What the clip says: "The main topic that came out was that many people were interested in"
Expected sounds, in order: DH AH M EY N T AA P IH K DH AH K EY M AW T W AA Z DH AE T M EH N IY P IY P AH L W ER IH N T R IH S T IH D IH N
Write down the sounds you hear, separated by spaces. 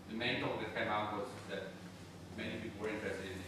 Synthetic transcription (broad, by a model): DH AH M EY N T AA IH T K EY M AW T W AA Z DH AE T M EH N IY P IY P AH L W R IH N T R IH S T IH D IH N